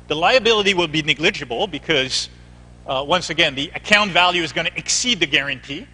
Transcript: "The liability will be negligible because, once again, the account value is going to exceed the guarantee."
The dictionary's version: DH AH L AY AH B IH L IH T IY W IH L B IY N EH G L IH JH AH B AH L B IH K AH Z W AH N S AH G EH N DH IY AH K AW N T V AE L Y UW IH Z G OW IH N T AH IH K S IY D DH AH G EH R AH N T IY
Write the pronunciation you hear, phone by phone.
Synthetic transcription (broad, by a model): DH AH L AY AH B IH L IH T IY W IH L B IY N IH G L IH JH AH B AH L B IH K AH Z W AH N S AH G EH N DH IY AH K AW N T V AE L Y UW IH Z G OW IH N T IH K S IY D DH AH G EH R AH N T IY